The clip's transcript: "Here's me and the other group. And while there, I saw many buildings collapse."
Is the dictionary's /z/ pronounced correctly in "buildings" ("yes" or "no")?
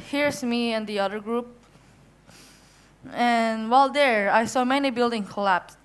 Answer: no